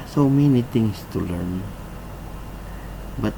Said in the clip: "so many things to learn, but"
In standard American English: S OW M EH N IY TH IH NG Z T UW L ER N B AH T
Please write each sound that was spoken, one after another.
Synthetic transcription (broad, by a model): S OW M EH N IY T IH NG S T UW L ER N B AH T